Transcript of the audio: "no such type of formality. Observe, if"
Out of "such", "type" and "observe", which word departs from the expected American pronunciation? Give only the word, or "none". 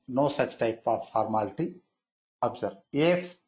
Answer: observe